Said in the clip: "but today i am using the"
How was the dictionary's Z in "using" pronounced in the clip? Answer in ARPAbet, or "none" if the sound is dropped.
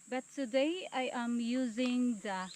Z